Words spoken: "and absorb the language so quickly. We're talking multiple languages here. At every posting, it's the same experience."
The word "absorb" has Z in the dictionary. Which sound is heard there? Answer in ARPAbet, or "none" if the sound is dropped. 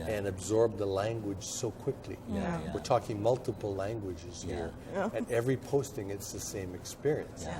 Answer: Z